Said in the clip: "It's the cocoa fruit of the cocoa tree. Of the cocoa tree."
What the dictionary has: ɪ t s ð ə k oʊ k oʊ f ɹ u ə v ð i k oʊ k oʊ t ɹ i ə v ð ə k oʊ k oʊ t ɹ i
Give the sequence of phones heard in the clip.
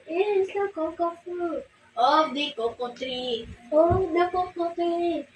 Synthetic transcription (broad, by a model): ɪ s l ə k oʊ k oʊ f u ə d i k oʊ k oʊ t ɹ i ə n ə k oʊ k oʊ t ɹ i